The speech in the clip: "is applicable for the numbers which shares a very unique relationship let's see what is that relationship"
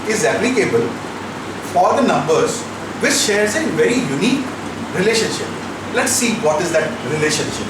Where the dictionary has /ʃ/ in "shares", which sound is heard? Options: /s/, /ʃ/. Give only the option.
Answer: /ʃ/